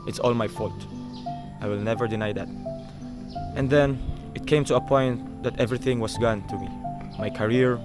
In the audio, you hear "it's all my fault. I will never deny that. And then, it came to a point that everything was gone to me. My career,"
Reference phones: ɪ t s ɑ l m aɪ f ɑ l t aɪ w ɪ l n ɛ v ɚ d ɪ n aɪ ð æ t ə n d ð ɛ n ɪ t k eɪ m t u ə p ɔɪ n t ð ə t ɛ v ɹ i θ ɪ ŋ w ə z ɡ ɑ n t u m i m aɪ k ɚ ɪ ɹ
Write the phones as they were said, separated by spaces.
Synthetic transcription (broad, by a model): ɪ t s ɑ l m aɪ f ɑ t t aɪ w ɪ l n ɛ v ɚ d ɪ n aɪ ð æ t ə n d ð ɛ n ɪ t k eɪ m t u ə p ɔɪ n t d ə t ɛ v ɹ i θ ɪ ŋ w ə s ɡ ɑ n t u m i m aɪ k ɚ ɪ ɹ